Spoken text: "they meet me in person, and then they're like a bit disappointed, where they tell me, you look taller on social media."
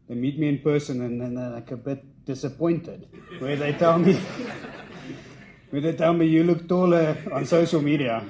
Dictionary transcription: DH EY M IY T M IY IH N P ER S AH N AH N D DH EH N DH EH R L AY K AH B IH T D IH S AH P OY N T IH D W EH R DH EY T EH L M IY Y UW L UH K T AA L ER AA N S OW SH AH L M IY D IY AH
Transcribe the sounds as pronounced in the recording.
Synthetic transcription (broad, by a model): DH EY M IY T M IY IH N P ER S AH N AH N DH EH N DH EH L AY K AH B IH T D IH S AH P OY N T IH D W EH W DH EY T EH L M IY Y UW L UH K T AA L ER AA N S OW SH AH L M IY D IY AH